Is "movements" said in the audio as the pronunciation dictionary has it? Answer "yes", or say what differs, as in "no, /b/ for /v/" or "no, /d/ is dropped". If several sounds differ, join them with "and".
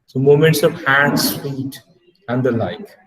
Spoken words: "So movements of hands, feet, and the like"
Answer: no, /v/ is dropped